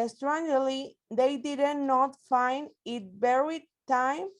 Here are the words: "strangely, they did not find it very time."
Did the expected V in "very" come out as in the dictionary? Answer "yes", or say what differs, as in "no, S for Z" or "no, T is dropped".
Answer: no, B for V